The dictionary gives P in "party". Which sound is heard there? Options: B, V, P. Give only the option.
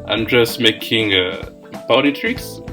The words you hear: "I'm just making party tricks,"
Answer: B